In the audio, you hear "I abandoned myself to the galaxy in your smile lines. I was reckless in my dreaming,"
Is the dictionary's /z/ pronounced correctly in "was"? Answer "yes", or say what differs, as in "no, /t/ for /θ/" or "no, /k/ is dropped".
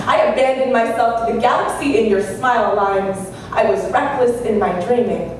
yes